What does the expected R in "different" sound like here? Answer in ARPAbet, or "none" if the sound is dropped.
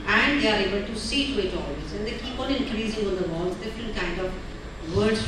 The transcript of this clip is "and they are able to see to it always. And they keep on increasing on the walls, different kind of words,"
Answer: none